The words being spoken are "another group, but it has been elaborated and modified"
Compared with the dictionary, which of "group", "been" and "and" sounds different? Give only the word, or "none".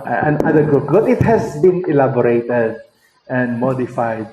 group